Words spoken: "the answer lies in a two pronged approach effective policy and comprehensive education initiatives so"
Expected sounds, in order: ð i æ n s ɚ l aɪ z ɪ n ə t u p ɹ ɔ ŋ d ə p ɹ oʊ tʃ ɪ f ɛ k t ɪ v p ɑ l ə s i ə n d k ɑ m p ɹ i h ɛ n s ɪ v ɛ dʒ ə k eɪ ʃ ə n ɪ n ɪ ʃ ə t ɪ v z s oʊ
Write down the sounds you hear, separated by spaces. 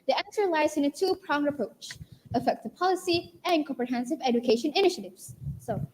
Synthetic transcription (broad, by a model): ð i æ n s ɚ l aɪ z ɪ n ə t u p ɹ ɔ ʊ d ə p ɹ oʊ tʃ ɪ f ɛ k t ɪ v p ɑ l ə s i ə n k ɑ m p ɹ i h ɛ n s ɪ v ɛ dʒ ə k eɪ ʃ ə n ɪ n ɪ ʃ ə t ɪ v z s oʊ